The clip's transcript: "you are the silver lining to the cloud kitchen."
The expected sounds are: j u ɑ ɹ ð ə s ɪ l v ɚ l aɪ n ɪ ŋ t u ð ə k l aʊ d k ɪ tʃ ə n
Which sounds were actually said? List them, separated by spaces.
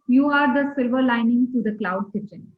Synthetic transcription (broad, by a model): j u ɑ ɹ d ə s ɪ l v ɚ l aɪ n ɪ ŋ t u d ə k l aʊ d k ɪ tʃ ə n